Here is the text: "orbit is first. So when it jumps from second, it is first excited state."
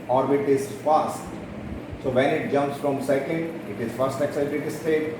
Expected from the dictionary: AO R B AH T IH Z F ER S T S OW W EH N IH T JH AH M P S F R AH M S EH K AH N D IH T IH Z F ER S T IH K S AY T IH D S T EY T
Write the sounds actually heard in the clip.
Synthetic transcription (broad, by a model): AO R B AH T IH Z F ER S T S OW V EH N IH T JH AH M P S F R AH M S EH K AH N D IH T IH Z F ER S T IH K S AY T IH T S T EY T